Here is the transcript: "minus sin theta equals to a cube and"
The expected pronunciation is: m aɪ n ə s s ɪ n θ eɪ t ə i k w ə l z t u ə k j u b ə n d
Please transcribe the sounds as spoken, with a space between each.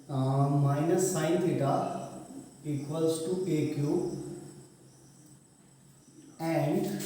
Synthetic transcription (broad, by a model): m aɪ n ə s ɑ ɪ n t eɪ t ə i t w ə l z t u ə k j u ə n d